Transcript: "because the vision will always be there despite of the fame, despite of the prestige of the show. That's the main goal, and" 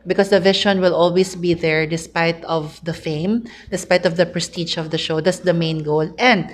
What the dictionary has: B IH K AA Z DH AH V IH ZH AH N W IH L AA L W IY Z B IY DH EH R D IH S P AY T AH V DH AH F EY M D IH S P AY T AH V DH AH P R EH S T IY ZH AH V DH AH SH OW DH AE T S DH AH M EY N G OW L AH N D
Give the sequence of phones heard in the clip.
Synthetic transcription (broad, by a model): B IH K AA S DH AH V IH SH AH N W IH L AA L W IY S B IY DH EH R D IH S P AY T AH V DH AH F EY M D IH S P AY T AH V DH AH P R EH S T IY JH AH V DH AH SH OW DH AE T S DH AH M EY N G OW L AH N D